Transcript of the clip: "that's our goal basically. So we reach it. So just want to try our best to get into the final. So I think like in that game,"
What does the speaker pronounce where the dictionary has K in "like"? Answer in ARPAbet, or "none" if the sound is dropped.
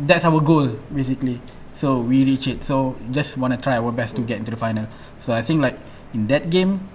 K